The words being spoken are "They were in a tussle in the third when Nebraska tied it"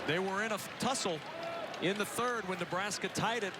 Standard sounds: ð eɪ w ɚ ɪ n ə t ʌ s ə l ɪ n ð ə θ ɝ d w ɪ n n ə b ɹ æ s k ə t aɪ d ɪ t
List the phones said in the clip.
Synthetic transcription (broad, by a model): ð eɪ w ɚ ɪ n ə t ʌ s l ɪ n ð ə θ ɝ d w ɪ n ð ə b ɹ æ s k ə t aɪ d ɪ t